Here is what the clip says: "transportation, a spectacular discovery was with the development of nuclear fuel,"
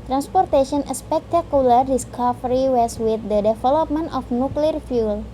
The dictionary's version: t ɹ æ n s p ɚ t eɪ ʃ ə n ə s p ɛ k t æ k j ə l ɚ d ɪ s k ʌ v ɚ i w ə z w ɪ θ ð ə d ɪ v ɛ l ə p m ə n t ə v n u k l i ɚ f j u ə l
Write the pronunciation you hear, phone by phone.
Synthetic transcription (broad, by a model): t ɹ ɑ n s p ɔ t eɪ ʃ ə n ə s p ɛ k t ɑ k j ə l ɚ d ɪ s k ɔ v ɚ i w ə s w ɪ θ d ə d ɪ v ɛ l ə p m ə n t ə f n u k l i ɚ f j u l